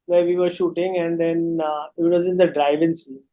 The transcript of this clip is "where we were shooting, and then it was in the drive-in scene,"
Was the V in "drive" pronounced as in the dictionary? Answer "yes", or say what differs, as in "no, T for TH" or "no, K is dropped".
yes